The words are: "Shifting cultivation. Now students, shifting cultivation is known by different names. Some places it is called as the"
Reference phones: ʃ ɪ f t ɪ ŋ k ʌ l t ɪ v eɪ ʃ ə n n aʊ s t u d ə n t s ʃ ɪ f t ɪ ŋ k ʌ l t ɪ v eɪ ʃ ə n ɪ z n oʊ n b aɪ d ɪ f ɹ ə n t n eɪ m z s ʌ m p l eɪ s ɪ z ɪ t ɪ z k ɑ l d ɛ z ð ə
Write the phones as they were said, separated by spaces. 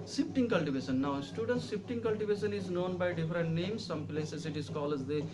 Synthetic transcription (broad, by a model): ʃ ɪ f t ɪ ŋ k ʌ l t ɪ v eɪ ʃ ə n n aʊ s t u d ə n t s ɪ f t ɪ ŋ k ʌ l t ɪ v eɪ ʃ ə n ɪ z n oʊ n b aɪ d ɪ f ɹ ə n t n eɪ m s ʌ m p l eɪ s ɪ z ɪ t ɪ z k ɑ l ɛ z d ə